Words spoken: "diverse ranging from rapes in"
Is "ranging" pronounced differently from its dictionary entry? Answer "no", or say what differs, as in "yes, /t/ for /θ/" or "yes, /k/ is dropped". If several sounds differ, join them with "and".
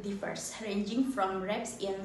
no